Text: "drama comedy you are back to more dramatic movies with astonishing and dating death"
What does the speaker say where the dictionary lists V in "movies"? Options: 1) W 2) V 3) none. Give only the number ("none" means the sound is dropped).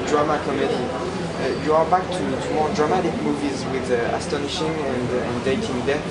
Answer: 2